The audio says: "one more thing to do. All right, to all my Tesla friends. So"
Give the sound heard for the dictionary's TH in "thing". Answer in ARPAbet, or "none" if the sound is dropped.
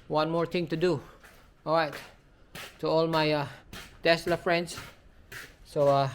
T